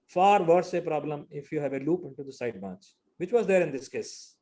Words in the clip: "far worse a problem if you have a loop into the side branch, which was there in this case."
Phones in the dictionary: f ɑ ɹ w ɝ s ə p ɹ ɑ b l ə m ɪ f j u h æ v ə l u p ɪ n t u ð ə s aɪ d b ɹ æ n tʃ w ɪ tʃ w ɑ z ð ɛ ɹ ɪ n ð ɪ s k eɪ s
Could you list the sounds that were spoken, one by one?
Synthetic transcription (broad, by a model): f ɑ ɹ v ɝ s ə p ɹ ɑ b l ə m ɪ f j u h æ v ə l u p ɪ n t u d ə s aɪ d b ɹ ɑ n tʃ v ɪ tʃ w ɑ z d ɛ ɹ ɪ n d ɪ s k eɪ s